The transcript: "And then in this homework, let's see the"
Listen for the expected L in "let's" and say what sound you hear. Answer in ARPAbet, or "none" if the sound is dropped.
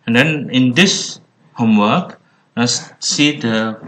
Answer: N